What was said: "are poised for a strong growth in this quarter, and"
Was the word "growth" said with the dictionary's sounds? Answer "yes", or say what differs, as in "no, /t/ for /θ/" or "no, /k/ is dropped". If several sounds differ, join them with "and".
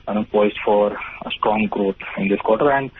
no, /t/ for /θ/